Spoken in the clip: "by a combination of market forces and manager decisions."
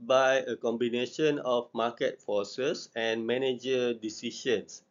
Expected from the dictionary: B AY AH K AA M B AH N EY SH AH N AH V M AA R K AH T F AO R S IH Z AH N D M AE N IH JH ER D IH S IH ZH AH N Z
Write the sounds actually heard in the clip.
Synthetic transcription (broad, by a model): B AY AH K AA M B AH N EY SH AH N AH F M AA K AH T F AO S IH S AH N M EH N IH JH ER D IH S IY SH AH N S